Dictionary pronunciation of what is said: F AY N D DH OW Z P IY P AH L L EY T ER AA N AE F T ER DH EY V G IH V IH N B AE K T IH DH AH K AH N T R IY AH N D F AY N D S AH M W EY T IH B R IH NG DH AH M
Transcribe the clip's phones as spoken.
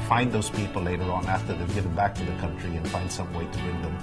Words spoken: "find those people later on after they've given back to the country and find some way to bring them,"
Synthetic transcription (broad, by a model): F AY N DH OW Z P IY P L L EY T ER AA N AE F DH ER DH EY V G IH V IH N B AE K T IH DH AH K AH N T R IY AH N F AY N D S AH M W EY T IH B R IH NG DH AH M